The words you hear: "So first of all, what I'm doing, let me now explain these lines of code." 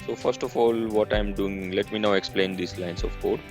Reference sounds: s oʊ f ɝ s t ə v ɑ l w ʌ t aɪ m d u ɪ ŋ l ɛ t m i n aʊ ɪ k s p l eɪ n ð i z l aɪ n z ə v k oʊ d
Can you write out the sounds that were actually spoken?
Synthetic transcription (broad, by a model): s oʊ f ɝ s t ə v ɑ l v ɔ t aɪ m d u ɪ ŋ l ɛ t m i n aʊ ɪ k s p l eɪ n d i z l aɪ n s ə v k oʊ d